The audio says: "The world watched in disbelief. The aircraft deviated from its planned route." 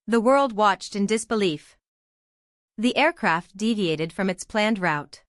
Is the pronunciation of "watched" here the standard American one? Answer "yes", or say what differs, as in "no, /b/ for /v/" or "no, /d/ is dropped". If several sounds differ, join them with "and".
yes